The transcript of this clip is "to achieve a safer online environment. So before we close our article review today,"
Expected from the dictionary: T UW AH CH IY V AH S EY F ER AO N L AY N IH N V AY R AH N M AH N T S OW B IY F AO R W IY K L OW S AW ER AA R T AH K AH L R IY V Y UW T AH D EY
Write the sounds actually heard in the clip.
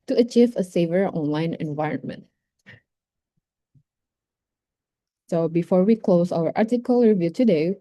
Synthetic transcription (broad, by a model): T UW AH CH IY V AH S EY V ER AO N L AY N IH N V AY R AH N M AH N T S OW B IY F AO R W IY K L OW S AW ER AA R T AH K AH L R IY V Y UW T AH D EY